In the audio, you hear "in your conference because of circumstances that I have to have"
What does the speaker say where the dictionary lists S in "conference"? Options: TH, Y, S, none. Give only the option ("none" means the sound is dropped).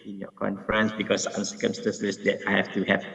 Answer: S